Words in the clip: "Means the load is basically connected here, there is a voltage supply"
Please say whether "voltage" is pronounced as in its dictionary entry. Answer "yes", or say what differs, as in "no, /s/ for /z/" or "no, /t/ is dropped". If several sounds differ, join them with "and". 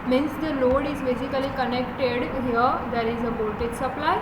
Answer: no, /b/ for /v/